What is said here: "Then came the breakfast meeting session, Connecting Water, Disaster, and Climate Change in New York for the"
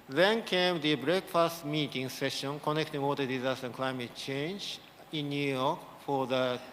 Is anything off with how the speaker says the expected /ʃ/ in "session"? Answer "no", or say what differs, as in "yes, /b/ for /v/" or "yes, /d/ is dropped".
no